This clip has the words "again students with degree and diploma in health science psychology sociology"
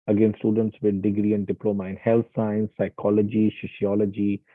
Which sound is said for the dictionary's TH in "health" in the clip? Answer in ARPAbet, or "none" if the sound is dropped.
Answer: T